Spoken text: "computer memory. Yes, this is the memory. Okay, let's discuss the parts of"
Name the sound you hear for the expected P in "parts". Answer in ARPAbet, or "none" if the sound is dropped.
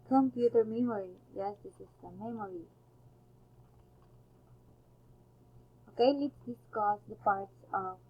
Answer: P